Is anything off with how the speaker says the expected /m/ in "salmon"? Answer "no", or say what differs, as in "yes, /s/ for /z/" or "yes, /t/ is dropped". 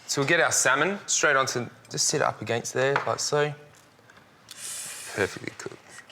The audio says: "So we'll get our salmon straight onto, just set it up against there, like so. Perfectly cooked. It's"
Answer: no